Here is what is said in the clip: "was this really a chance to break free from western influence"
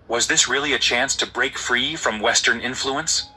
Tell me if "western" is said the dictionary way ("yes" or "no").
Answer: yes